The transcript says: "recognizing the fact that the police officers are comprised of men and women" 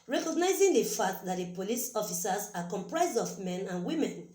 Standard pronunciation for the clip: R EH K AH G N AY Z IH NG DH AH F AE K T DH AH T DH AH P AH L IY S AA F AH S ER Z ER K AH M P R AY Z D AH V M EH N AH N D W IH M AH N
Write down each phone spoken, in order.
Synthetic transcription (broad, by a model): R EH K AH G N AY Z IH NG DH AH F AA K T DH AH T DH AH P AH L IY S AA F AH S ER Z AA K AH M P R AY Z D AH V M EH N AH N W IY M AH N